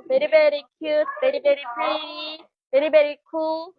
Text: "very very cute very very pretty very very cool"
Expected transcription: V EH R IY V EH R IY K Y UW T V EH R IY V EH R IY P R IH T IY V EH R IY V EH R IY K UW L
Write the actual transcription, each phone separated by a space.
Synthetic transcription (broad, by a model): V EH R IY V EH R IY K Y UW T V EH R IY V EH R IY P AA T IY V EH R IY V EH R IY K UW L